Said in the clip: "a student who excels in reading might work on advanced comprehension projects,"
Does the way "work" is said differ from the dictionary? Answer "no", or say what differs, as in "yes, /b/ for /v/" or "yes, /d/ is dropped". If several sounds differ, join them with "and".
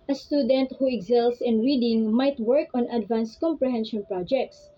no